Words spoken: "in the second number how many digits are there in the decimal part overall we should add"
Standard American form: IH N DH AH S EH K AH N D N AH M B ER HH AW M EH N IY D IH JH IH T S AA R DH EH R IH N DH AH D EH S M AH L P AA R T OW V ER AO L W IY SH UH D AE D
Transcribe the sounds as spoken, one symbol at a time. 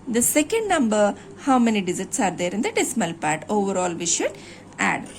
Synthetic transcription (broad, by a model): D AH S EH K AH N D N AH M B ER HH AW M EH N IY D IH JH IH T S AA R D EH R IH N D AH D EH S M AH L P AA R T OW V ER AO L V IY SH UH D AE D